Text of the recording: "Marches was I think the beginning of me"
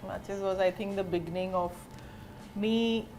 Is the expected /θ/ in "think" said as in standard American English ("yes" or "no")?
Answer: no